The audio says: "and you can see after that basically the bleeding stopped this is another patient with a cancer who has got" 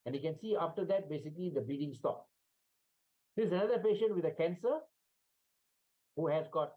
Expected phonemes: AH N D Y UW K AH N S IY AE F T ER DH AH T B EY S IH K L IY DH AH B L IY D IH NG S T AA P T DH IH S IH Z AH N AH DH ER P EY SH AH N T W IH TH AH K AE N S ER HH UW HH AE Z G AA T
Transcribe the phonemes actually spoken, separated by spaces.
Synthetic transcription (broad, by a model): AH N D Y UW K AH N S IY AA F T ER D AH T B EY S IH K L IY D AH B IY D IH NG S T AA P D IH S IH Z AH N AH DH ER P EY SH AH N T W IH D AH K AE N S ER HH UW HH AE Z G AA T